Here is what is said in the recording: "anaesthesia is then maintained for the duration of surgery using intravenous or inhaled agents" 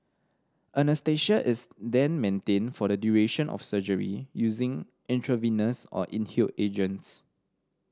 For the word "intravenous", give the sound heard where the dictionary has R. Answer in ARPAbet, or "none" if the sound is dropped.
R